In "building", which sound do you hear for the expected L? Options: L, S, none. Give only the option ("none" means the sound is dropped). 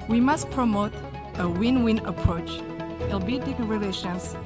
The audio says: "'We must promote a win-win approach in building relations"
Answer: none